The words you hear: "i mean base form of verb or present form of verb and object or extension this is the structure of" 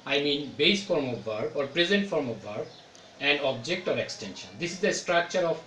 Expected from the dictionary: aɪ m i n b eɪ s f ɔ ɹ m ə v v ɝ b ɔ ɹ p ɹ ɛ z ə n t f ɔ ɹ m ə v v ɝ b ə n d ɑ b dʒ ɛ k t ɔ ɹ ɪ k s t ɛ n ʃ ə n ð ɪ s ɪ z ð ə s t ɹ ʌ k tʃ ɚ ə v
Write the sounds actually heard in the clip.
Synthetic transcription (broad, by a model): aɪ m i n b eɪ s f ɔ ɹ m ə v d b ɔ ɹ p ɹ ɛ z ə n t f ɔ ɹ m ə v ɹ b ə n d ɑ b dʒ ɛ k t ɔ ɹ ɪ k s t ɛ n ʃ ə n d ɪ s ɪ z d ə s t ɹ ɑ k tʃ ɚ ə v